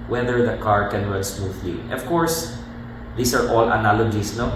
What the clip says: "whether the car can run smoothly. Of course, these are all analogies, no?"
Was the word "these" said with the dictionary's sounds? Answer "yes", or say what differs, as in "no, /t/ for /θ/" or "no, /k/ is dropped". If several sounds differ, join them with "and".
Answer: no, /s/ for /z/